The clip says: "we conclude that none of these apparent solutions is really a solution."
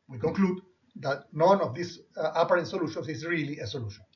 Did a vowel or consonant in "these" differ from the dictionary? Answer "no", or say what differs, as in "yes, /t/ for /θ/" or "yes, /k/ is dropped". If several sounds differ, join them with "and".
yes, /s/ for /z/